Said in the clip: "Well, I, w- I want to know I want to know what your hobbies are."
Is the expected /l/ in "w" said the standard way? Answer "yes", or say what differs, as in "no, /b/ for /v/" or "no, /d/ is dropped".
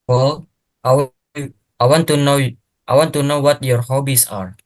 no, /l/ is dropped